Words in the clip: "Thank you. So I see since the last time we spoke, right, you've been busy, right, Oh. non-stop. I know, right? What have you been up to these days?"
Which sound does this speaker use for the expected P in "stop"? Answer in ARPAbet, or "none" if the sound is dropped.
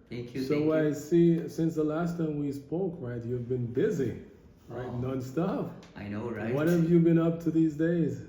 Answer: F